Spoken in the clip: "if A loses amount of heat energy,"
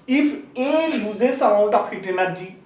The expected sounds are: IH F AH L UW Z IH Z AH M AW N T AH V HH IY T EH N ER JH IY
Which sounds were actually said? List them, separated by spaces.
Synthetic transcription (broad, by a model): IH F AH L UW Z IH S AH AW T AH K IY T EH N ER JH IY